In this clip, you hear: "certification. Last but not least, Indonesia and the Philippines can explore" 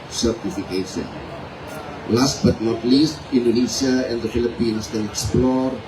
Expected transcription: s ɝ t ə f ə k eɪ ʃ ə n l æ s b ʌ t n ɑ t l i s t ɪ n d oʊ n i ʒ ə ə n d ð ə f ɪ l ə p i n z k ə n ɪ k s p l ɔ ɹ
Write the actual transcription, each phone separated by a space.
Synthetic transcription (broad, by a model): s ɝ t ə f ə k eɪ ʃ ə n l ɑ s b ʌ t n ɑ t l i s t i n d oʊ n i s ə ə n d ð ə f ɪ l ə p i n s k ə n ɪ k s p l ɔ ɹ